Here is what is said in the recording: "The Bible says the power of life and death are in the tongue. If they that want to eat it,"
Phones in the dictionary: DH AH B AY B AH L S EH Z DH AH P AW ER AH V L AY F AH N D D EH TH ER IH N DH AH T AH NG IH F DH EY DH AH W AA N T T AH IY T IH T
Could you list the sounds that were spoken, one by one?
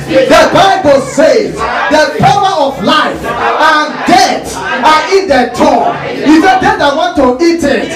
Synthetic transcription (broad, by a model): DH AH B AY B AH L S EH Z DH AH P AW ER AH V L AY F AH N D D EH S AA IH N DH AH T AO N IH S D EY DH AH W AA N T T AH IY T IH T